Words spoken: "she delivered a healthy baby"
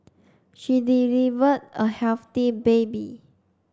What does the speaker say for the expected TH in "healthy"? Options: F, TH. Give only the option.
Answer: F